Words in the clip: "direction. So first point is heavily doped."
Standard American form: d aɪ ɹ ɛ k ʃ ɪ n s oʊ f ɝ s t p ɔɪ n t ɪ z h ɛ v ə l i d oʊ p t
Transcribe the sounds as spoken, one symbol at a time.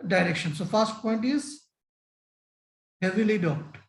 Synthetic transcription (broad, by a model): d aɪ ɹ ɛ k ʃ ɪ n s oʊ f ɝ s t p ɔɪ n t ɪ z h ɛ v ə l i d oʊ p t